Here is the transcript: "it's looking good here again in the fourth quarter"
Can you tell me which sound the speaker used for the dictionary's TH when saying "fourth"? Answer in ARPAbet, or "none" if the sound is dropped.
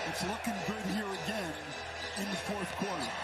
TH